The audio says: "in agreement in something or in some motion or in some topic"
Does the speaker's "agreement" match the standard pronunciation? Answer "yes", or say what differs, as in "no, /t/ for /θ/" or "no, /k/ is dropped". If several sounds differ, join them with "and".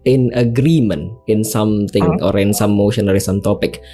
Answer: no, /t/ is dropped